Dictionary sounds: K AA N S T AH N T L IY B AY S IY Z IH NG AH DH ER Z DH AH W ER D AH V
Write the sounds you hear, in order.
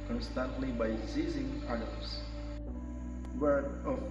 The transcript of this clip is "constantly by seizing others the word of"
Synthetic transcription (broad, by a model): K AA N S T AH N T L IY B AY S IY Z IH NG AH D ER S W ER AH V